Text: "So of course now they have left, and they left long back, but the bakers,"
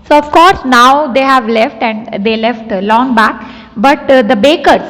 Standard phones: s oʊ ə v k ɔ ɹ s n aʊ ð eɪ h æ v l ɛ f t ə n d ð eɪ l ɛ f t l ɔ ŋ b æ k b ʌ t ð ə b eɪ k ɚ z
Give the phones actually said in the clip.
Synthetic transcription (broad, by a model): s oʊ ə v k ɔ ɹ s n aʊ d eɪ h æ v l ɛ f t ə n d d eɪ l ɛ f t l ɔ ŋ b æ k b ʌ t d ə b eɪ k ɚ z